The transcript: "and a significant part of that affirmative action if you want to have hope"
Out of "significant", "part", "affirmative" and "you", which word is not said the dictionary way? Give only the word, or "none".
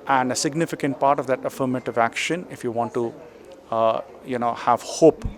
none